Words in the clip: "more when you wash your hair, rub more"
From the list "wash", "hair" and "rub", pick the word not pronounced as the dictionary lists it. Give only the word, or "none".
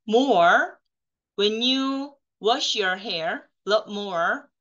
rub